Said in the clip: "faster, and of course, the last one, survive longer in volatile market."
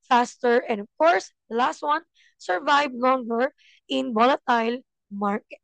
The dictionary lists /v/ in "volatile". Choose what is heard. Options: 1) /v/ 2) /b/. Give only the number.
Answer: 2